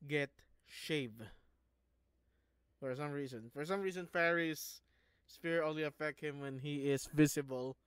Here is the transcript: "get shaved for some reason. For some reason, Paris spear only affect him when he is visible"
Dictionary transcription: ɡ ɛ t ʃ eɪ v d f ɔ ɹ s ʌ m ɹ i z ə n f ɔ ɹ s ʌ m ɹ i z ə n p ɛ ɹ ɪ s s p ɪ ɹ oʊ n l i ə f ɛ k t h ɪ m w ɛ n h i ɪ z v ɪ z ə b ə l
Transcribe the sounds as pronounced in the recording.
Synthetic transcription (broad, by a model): ɡ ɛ t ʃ eɪ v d f ɔ ɹ s ʌ m ɹ i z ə n f ɔ ɹ s ʌ m ɹ i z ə n f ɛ ɹ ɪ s s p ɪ ɹ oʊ l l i ə f ɛ k t h ɪ m w ɛ n h i ɪ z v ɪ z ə b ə l